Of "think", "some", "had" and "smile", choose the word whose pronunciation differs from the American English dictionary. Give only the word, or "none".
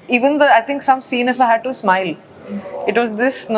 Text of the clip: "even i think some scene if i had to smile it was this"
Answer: think